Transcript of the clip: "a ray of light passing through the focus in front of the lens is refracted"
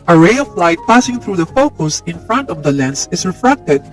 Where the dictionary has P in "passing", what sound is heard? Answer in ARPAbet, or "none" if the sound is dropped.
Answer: P